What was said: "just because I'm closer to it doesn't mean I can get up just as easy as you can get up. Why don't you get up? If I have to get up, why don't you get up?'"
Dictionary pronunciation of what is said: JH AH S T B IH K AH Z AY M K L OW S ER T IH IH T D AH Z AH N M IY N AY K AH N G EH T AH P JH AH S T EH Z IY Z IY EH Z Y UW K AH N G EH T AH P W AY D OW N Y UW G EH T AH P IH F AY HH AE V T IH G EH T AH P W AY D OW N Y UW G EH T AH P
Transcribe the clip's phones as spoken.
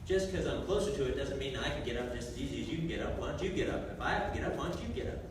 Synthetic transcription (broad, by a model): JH AH S K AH Z AY M K L OW S ER T IH IH T D AH Z AH N M IY N AY K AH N G EH T AH P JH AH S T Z IY Z IY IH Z Y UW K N G EH T AH P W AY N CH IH G EH T AH P IH F AY HH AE F T IH G EH T AH P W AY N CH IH G EH T AH P